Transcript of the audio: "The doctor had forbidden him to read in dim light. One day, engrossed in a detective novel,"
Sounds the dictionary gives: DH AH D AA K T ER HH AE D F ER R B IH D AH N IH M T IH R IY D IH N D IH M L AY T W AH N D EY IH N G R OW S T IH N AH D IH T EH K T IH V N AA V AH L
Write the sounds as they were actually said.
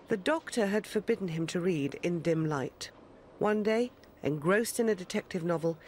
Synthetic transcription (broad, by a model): DH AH D AA K T ER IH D F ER R B IH D N IH M T IH R IY D IH N D IH M L AY T W AH N D EY IH N G R OW S T IH N AH D IH T EH K T IH V N AA V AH L